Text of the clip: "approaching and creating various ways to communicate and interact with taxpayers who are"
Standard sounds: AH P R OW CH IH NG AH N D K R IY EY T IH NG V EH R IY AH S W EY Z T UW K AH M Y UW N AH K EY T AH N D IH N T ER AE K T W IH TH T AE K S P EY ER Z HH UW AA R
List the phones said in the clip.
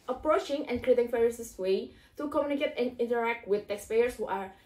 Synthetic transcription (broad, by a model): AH P R OW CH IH NG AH N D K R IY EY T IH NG F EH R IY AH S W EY T UW K AH M Y UW N AH K EY T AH N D IH N T ER AE K T W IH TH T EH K S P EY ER S HH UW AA R